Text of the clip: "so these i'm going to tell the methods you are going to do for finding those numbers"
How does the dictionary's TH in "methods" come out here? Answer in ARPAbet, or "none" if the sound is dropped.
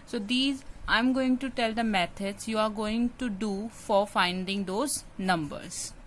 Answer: T